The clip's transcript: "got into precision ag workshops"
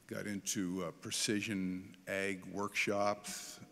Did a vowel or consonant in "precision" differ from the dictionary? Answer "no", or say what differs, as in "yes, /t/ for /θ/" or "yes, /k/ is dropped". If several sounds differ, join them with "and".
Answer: no